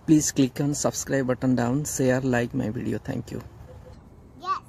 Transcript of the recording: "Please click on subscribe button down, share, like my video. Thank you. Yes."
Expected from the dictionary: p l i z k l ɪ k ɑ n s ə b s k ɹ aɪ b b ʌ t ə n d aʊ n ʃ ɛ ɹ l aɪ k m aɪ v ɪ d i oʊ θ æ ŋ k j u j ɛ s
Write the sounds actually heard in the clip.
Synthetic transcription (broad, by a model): p l i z k l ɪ k ɑ n s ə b s k ɹ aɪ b b ʌ t ə n d aʊ n s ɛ ɹ l aɪ k m aɪ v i d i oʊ t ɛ ŋ k j u